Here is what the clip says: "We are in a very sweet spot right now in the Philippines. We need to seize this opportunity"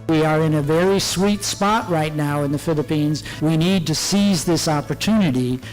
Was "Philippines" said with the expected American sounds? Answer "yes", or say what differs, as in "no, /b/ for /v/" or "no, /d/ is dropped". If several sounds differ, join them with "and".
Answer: yes